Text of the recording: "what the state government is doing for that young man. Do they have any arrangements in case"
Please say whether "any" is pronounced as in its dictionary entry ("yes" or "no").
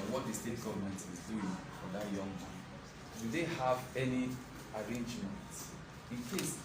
yes